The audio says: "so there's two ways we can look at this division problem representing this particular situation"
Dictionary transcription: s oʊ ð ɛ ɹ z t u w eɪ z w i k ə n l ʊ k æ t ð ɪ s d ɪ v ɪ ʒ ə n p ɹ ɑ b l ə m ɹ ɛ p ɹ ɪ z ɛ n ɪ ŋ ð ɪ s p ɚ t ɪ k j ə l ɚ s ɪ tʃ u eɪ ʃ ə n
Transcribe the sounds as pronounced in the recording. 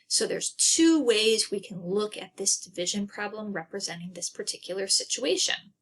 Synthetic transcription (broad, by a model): s oʊ ð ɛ ɹ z t u w eɪ z w i k ə n l ʊ k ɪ t ð ɪ s d ɪ v ɪ ʒ ə n p ɹ ɑ b l ə m ɹ ɛ p ɹ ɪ z ɛ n ɪ ŋ ð ɪ s p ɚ t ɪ k j l ɚ s ɪ tʃ u eɪ ʃ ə n